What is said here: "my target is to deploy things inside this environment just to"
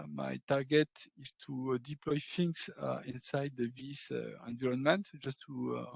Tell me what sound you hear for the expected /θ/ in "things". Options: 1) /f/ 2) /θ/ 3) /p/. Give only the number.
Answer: 1